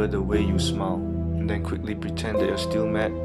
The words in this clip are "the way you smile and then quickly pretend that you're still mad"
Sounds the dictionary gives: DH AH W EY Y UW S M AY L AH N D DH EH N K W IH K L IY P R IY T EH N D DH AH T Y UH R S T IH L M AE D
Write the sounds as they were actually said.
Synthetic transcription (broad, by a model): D AH W EY Y UW S M AY L AH N D EH N K W IH K L IY P R IY T EH N D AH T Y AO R S T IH L M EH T